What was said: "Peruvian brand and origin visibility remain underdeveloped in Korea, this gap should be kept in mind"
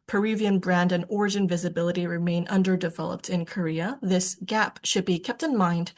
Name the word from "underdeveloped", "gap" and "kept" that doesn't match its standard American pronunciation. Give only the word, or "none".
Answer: none